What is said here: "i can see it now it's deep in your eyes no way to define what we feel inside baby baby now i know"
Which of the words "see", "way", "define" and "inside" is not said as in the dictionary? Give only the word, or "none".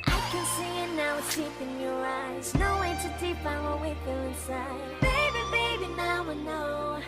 define